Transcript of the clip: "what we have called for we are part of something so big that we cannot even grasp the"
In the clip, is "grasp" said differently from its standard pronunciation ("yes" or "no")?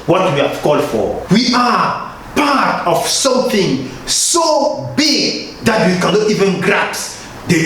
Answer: yes